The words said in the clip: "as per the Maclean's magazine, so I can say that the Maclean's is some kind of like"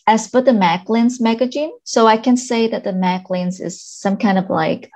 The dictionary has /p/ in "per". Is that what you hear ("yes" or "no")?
no